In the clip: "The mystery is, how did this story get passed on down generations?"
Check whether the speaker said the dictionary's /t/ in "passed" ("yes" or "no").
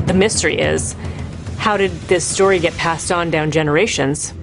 yes